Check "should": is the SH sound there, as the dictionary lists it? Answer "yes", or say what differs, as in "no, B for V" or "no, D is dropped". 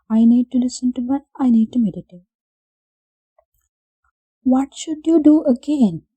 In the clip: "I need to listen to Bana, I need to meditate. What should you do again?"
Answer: yes